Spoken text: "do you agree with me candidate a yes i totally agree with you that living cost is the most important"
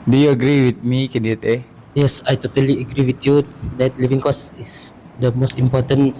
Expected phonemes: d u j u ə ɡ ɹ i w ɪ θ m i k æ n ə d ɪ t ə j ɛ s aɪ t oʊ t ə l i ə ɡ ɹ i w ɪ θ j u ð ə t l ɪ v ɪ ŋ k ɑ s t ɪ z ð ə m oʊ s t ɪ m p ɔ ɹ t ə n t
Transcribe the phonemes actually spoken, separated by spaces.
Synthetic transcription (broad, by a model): d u j u ə ɡ ɹ i w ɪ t m i k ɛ n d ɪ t ə j ɛ s aɪ t oʊ t ə l i ə ɡ ɹ i w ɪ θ j u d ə t l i v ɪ ŋ k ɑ s ɪ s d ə m oʊ s t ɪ m p ɔ t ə n